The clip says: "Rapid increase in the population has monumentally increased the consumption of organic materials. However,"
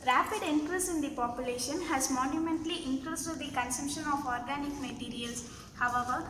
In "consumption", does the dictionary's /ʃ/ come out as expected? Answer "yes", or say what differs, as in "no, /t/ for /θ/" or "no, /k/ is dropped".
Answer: yes